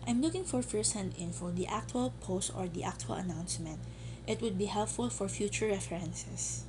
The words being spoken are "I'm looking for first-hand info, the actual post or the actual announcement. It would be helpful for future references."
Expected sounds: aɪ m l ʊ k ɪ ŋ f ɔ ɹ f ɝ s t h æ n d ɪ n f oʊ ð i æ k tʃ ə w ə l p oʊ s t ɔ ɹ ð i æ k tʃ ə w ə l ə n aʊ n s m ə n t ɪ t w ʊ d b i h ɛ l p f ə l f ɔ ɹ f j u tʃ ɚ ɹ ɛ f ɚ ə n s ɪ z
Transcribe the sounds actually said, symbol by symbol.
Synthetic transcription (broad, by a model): aɪ m l ʊ k ɪ ŋ f ɔ ɹ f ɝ s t h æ n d ɪ n f oʊ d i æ k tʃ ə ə l p oʊ s t ɔ ɹ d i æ k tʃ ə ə l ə n aʊ n s m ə n t ɪ t w ʊ d b i h ɛ l p f ə l f ɔ ɹ f j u tʃ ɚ ɹ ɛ f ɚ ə n s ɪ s